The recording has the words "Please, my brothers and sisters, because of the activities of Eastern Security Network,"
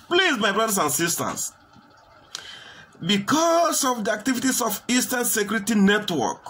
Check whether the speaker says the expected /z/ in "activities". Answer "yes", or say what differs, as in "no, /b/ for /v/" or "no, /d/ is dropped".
no, /s/ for /z/